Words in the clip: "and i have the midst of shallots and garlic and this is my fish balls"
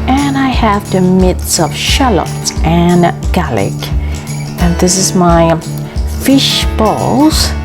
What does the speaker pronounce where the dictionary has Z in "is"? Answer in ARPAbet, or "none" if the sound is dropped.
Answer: Z